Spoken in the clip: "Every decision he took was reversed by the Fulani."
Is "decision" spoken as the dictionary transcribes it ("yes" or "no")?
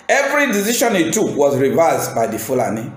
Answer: no